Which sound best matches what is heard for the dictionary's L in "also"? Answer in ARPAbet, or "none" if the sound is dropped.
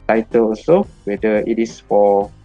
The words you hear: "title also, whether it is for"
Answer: none